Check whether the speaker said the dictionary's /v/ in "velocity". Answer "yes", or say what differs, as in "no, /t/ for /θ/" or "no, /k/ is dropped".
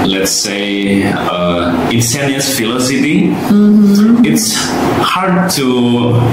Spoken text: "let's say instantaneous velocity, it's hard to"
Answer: no, /f/ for /v/